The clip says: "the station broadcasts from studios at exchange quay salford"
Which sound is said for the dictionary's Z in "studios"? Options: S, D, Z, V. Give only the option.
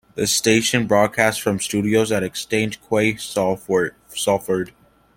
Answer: Z